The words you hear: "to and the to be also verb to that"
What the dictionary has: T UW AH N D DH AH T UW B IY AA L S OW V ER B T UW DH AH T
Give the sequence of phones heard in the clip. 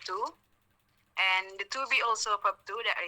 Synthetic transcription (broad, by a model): T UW AH N D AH T UW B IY AA L S OW P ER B T UW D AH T